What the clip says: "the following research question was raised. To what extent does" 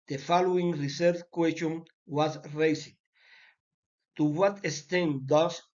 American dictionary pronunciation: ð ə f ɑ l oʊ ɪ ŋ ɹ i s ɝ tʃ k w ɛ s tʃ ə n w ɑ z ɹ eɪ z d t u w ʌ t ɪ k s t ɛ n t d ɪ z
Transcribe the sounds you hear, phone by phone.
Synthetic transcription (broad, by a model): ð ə f ɑ l oʊ ɪ ŋ ɹ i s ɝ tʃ k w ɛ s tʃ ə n w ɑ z ɹ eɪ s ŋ t u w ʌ t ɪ s t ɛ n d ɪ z